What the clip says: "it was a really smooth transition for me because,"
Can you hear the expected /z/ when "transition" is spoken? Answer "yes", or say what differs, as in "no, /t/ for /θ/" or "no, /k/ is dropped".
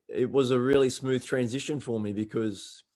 yes